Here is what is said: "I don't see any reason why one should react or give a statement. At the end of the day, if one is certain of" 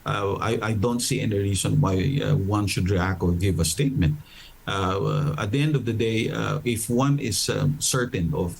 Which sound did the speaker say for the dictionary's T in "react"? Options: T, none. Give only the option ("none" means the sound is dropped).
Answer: none